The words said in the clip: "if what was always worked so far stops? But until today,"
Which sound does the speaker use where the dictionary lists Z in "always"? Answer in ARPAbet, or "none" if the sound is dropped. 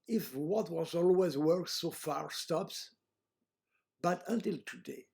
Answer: Z